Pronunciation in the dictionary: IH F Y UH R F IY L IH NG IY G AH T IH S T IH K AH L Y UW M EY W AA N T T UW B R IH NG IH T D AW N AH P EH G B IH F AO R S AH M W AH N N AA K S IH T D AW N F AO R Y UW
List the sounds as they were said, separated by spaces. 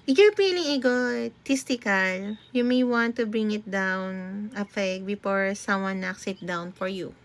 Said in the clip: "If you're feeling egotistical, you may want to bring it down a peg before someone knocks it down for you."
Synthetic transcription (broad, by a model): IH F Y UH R P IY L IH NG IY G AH T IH S T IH K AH L Y UW M EY W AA N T T UW B R IH NG IH T D AW N AH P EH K B IH F AO R S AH M W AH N N AA K S IH T D AW N F AO R Y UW